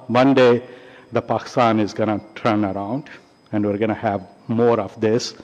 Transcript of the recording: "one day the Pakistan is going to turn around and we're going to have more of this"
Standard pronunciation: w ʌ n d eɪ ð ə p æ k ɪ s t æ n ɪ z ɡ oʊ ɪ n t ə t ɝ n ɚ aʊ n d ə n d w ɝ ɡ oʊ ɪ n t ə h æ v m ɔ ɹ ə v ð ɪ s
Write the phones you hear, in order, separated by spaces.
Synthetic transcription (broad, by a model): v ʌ n d eɪ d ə p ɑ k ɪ s t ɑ n ɪ z ɡ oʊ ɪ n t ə t ɝ n ɚ aʊ n d ə n d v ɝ ɡ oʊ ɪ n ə h æ v m ɔ ɹ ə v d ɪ s